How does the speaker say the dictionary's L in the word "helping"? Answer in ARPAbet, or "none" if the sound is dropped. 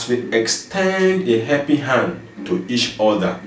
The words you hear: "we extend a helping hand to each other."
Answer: none